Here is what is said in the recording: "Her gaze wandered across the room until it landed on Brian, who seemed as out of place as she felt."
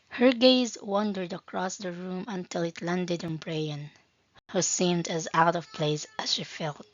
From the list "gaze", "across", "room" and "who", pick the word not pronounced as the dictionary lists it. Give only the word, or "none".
none